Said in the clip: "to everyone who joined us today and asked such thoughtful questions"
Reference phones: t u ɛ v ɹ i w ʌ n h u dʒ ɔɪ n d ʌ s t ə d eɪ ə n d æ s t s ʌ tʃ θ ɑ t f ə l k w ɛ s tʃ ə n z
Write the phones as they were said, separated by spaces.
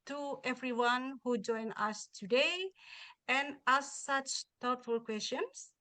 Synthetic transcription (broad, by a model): t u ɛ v ɹ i w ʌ n h u dʒ ɔɪ n ʌ s t ə d eɪ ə n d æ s s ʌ tʃ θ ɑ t f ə l k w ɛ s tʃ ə n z